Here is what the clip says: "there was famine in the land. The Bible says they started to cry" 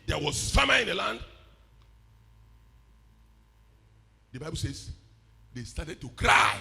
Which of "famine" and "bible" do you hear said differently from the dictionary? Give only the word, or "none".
famine